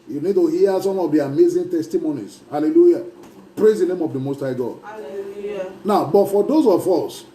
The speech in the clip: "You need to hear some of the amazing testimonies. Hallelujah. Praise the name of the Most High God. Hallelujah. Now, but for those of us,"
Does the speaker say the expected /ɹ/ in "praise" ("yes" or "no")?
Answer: yes